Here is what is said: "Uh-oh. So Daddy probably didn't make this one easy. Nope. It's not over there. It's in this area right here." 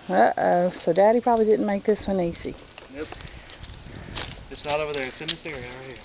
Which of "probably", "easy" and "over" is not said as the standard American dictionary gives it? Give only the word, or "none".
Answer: easy